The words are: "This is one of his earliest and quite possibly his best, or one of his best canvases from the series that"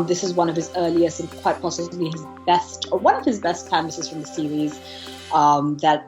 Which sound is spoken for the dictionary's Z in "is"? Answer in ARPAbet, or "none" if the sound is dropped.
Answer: Z